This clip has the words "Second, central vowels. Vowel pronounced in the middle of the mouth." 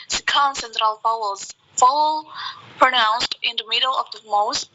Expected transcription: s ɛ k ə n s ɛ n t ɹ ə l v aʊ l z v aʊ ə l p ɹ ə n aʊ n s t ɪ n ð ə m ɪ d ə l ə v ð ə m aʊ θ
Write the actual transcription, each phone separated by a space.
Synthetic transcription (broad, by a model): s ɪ k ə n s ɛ n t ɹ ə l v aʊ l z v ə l p ɹ ə n aʊ n s t ɪ n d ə m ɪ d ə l ə v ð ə m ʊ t